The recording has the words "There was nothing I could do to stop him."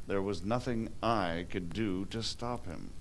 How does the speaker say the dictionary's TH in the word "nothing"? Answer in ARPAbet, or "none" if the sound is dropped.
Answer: TH